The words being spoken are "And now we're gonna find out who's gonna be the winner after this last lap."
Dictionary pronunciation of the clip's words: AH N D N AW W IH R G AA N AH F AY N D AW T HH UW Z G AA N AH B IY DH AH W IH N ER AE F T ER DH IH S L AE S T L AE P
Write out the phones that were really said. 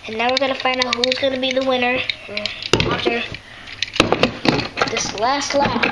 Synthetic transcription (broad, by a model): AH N N AW W IH R G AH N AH F AY N D AW T HH UW Z G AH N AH B IY DH AH W IH N ER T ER DH IH S L AE S T L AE